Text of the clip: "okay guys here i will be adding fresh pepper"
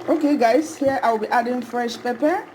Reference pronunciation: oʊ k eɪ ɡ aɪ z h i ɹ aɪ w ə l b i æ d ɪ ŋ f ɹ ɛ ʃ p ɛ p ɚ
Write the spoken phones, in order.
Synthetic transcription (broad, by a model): oʊ k eɪ ɡ aɪ s h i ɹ aɪ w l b i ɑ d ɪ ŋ f ɹ ɛ ʃ p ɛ p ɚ